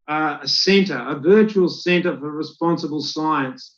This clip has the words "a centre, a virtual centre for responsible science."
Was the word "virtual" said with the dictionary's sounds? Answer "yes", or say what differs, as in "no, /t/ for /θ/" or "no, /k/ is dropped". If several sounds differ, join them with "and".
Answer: yes